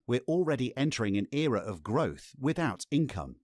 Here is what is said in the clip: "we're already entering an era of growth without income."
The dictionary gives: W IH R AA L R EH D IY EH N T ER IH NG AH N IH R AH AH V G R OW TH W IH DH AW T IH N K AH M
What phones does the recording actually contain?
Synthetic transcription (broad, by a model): W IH R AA L R EH D IY EH N T ER IH NG AH N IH R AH AH V G R OW TH W IH DH AW T IH N K AH M